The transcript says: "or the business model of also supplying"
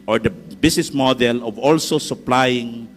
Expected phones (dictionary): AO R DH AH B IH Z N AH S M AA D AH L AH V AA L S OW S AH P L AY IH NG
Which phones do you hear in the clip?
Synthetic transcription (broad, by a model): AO R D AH B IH S N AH S M AA D AH L AH V AA L S OW S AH P L AY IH NG